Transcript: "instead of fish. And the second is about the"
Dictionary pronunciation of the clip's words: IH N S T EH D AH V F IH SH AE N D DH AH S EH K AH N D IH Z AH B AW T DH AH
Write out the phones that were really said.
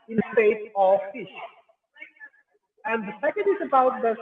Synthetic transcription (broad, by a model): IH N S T EH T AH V F IH SH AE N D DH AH S EH K AH N D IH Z AH B AW T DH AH